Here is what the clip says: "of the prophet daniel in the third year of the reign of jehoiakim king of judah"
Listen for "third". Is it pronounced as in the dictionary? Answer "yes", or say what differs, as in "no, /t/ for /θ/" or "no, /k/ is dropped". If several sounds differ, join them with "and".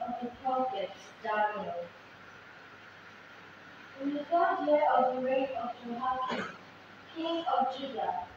no, /f/ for /θ/